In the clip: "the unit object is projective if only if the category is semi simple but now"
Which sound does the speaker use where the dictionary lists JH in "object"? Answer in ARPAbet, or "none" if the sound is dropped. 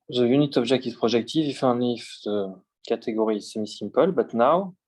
ZH